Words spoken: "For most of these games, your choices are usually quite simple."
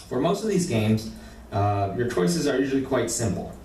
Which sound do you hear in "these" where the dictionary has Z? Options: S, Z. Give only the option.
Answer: Z